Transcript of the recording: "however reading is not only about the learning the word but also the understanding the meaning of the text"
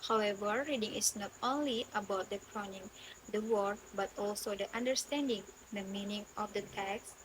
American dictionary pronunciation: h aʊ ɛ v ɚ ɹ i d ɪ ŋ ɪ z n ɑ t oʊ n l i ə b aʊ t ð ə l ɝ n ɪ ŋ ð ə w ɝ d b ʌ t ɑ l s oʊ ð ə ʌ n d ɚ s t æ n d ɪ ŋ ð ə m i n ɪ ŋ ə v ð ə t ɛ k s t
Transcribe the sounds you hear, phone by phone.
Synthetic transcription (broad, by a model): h aʊ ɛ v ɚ ɹ i d ɪ ŋ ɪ s n ɑ t oʊ n l i ə b aʊ t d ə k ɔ n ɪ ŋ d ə w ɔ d b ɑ t ɑ l s oʊ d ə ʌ n d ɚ s t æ n d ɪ ŋ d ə m i n ɪ ŋ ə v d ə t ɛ k s